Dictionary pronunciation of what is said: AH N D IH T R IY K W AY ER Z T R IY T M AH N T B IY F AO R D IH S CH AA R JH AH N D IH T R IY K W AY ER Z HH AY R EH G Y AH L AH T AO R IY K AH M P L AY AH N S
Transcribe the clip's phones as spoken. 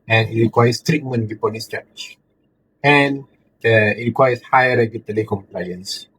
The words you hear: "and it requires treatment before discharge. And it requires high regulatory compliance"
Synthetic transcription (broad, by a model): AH N IH T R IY K W AY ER S T R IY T M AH N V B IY P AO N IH S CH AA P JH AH N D IH T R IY K W AY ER S HH AY R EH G Y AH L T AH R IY K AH M P L AY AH N S